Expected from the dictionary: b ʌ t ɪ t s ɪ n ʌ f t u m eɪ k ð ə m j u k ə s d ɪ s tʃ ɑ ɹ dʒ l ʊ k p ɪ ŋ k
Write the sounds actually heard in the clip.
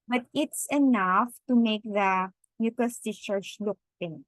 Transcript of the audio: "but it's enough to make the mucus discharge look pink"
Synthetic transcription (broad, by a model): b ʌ t ɪ t s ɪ n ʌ f t u m eɪ k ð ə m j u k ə s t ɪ tʃ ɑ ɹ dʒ l ʊ k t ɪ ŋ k